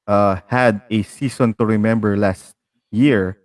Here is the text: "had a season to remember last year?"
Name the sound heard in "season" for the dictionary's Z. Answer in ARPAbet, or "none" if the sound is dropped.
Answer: S